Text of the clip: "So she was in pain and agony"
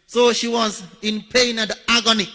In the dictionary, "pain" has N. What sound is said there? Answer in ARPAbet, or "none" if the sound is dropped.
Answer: none